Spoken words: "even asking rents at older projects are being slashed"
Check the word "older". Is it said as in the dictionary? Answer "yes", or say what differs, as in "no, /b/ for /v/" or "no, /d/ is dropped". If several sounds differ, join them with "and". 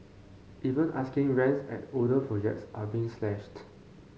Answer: no, /l/ is dropped